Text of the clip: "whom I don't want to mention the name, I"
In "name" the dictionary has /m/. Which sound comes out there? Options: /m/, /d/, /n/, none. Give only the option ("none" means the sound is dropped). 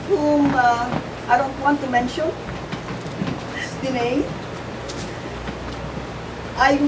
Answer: none